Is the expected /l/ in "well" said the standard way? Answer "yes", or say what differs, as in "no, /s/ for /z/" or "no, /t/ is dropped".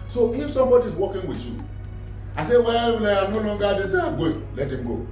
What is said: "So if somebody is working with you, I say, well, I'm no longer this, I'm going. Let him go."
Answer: no, /w/ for /l/